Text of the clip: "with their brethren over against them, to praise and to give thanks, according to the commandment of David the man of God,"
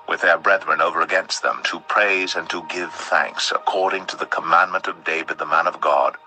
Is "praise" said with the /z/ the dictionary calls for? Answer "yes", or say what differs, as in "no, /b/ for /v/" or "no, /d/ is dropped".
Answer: yes